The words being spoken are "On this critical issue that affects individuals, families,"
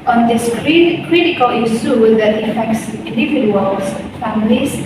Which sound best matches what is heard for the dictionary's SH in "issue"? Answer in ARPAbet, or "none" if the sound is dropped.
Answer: S